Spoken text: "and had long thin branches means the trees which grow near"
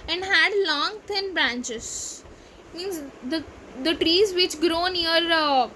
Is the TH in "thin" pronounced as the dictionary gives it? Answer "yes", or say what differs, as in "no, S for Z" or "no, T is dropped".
no, T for TH